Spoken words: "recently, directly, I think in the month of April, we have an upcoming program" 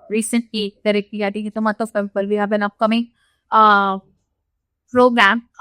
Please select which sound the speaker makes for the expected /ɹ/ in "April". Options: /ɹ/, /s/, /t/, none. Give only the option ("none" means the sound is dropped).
none